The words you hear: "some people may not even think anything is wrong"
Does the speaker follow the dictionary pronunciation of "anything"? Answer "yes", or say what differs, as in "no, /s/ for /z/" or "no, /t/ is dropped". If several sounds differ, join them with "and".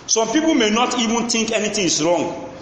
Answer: no, /t/ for /θ/